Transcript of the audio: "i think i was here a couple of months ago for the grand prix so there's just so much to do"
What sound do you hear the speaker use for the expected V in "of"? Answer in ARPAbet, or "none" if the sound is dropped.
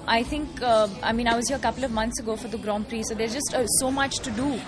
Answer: V